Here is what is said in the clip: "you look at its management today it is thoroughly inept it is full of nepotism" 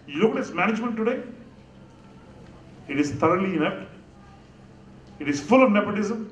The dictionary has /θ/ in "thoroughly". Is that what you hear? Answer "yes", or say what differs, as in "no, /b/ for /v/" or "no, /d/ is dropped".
no, /t/ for /θ/